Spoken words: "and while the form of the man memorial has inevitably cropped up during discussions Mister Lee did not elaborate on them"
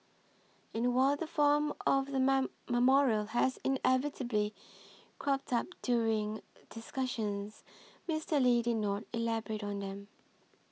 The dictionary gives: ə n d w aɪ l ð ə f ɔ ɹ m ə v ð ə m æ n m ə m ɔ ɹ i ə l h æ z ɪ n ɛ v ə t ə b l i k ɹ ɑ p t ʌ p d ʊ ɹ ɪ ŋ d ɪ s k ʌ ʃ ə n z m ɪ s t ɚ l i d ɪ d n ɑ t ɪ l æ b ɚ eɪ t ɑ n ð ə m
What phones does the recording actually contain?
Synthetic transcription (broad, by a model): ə n w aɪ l ð ə f ɔ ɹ m ə v ð ə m m ə m ɔ ɹ i ə l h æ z ɪ n ɛ v ə t ə b l i k ɹ ɑ p t ʌ p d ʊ ɹ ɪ ŋ d ɪ s k ʌ ʃ ə n z m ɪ s t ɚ l i d ɪ d n ɑ t ɪ l æ b ɚ eɪ t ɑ n ð ə m